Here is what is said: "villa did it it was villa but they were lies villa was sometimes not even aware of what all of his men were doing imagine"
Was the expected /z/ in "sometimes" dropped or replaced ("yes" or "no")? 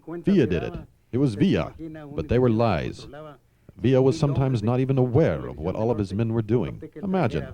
no